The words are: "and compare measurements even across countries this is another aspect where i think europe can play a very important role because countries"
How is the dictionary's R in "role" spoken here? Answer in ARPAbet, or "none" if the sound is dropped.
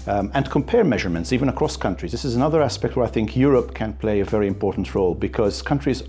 R